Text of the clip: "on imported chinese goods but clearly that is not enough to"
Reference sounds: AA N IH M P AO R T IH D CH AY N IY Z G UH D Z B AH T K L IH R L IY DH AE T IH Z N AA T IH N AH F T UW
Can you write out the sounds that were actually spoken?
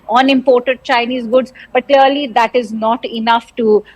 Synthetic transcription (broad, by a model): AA N IH M P AO R T IH D CH AY N IY Z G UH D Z B AH T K L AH R L IY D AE T IH Z N AA T IH N AH F T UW